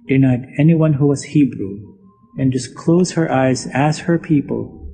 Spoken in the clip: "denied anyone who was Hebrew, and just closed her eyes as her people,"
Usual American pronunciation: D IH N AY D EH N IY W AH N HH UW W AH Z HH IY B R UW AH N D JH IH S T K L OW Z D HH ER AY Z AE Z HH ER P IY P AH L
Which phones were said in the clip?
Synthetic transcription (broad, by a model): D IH N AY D EH N IY W AH N HH UW W AH Z HH IY B R UW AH N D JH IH S K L OW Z HH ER AY Z AE Z HH ER P IY P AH L